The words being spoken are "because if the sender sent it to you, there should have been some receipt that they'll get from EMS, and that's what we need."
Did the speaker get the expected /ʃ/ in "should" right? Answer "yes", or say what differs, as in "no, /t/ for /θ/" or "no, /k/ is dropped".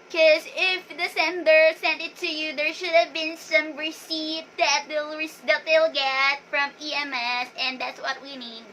yes